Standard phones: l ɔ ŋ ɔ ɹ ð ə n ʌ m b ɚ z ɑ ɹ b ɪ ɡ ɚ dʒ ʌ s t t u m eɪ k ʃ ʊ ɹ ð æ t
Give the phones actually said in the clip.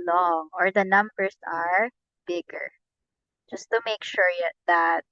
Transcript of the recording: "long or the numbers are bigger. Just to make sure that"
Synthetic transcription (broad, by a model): l ɔ ŋ ɔ ɹ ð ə n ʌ m b ɚ s ɑ ɹ b ɪ ɡ ɚ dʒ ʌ s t t u m eɪ k ʃ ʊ ɹ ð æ t